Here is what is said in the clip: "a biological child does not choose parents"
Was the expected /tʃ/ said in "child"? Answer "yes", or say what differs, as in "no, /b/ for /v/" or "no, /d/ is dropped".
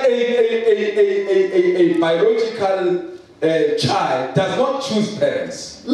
yes